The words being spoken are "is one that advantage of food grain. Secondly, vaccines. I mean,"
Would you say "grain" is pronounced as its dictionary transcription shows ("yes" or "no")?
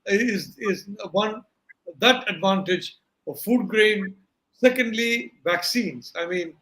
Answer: yes